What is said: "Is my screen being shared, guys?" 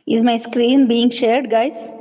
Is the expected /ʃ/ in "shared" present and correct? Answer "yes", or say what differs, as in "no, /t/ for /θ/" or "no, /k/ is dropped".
yes